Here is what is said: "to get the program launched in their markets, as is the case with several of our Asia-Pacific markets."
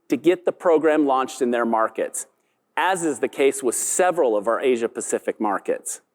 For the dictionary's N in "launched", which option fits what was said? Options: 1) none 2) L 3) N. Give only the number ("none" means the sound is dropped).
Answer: 3